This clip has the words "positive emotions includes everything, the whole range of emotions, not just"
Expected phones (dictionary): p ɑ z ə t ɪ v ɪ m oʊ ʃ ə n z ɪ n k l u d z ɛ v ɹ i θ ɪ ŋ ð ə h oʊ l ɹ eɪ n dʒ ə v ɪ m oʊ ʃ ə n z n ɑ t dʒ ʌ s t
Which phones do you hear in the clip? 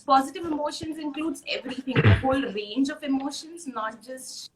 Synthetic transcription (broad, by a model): p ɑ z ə t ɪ v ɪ m oʊ ʃ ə n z ɪ n k l u d z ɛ v ɹ i t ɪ ŋ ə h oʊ l ɹ eɪ n dʒ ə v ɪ m oʊ ʃ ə n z n ɑ t dʒ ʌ s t